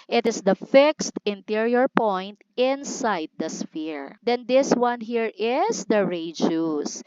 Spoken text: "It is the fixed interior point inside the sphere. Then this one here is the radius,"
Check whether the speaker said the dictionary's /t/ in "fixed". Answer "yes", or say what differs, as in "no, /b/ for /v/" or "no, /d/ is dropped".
yes